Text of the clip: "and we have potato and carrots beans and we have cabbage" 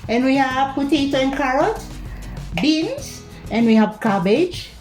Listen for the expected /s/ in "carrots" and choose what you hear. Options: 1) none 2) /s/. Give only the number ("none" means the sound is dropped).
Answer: 1